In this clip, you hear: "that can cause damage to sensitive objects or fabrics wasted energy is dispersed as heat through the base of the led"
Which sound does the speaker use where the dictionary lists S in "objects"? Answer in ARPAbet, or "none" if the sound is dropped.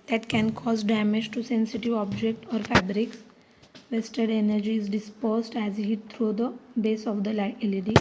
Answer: none